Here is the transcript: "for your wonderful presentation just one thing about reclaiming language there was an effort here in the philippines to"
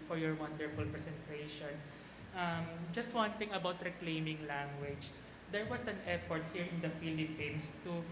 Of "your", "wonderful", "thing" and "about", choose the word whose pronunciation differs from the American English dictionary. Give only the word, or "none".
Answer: thing